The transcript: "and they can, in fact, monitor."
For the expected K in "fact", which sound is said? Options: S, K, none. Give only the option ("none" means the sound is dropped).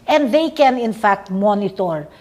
K